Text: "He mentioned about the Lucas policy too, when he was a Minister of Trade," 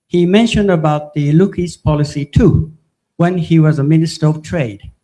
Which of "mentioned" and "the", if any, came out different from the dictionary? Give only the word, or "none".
none